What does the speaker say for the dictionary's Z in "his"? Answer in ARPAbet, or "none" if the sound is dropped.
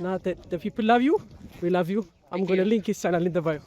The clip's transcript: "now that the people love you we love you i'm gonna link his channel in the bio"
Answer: S